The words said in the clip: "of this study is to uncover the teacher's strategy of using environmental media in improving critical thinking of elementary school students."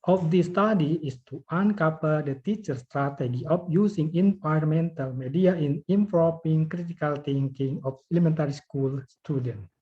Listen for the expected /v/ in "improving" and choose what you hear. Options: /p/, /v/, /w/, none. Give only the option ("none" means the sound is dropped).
/p/